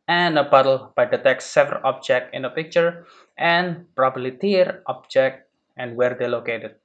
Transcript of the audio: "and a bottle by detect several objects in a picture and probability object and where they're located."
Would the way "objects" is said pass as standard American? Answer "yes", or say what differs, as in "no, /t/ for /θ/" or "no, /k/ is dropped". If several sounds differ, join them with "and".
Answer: no, /s/ is dropped